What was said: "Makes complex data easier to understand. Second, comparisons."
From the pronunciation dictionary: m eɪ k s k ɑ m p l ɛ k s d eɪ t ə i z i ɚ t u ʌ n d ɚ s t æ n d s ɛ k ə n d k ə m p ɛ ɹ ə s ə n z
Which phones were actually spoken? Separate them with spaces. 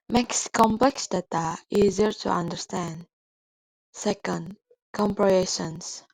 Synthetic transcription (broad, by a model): m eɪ k s k ɑ m p l ɛ k s d eɪ t ə i z i ɚ t u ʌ n d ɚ s t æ n d s ɛ k ə n d k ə m p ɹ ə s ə n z